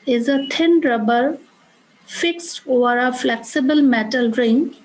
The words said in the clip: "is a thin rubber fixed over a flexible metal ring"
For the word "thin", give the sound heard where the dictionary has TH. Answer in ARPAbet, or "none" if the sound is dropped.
T